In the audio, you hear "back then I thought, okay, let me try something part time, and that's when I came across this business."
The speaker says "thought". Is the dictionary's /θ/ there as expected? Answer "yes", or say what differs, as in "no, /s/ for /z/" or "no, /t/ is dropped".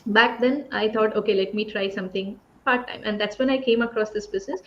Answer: no, /t/ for /θ/